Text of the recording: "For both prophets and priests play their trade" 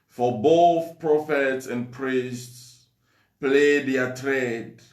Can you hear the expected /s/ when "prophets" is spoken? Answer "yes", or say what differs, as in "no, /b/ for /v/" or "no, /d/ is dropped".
yes